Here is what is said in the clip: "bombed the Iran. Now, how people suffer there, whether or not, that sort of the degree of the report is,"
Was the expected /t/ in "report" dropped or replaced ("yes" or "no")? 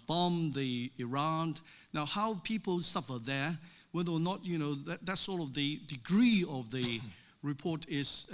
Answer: no